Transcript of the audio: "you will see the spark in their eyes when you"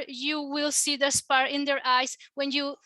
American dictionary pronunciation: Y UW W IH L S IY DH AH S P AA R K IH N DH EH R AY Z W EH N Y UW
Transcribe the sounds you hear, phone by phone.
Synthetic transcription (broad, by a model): Y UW W IH L S IY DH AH S P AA R IH N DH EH R AY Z W EH N Y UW